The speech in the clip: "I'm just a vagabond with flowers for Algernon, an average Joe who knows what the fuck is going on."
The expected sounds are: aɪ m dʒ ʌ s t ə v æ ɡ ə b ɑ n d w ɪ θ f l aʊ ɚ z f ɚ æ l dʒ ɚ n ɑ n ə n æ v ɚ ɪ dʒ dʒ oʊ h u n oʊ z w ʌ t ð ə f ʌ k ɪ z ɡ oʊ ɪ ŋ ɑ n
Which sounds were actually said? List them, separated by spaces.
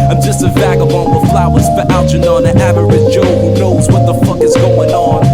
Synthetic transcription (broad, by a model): aɪ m dʒ ʌ s t ə v æ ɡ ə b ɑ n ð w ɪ f l aʊ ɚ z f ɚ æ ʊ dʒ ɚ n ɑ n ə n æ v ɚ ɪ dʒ dʒ oʊ h u n oʊ z w ʌ t ð ə f ʌ k ɪ z ɡ oʊ ɪ ŋ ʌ n